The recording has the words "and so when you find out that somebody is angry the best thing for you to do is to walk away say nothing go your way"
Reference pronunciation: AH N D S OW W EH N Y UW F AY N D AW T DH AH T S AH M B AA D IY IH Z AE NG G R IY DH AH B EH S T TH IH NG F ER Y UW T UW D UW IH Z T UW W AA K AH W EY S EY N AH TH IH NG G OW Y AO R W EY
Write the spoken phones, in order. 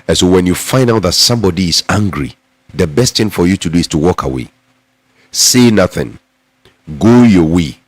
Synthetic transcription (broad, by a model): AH N S OW W EH N Y UW F AY N D AW T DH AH T S AH M B AA D IY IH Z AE NG G R IY DH AH B EH S T TH IH NG F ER Y UW T UW D UW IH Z T UW W AA K AH W EY S EY N AH TH IH NG G OW Y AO W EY